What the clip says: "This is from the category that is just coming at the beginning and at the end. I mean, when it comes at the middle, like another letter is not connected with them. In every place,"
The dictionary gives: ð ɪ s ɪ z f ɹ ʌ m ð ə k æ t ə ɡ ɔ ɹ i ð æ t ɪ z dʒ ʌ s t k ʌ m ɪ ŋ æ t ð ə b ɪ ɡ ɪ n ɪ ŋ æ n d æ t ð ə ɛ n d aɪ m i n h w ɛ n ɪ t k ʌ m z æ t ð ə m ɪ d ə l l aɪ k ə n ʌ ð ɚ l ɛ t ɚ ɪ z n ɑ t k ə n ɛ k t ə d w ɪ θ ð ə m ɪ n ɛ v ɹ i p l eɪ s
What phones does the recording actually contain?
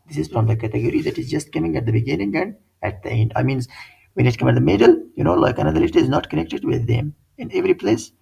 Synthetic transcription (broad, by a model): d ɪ s ɪ z f ɹ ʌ m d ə k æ t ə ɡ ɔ ɹ i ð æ t ɪ z dʒ ʌ s t k ʌ m ɪ ŋ æ t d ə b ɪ ɡ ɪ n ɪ ŋ æ n d æ t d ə ɛ n d aɪ m i n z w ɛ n ɪ t k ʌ m æ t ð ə m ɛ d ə l l aɪ k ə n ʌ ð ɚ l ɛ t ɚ ɪ z n ɑ t k ə n ɛ k t ə d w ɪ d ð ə m ɪ n ɛ v ɹ i p l eɪ s